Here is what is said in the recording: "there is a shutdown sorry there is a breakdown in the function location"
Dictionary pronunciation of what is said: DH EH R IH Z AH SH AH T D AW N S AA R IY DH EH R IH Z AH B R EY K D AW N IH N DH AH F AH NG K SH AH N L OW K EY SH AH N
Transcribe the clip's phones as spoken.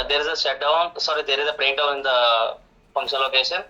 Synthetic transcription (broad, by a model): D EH R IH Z AH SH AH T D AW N S AA R IY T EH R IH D AH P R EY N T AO IH N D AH F AH NG K SH AH N L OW K EY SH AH N